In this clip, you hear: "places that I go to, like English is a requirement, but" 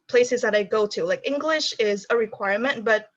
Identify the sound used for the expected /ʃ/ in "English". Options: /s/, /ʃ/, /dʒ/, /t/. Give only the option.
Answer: /ʃ/